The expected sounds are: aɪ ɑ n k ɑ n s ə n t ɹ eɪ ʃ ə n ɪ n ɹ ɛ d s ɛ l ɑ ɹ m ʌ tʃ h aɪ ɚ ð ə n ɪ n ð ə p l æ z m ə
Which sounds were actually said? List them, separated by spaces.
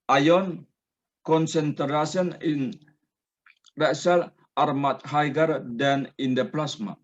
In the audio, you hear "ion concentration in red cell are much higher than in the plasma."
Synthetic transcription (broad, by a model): aɪ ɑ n k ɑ n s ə n t ɹ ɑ s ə n ɪ n ɹ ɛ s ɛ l ɑ ɹ m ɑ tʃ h aɪ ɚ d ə n ɪ n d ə p l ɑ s m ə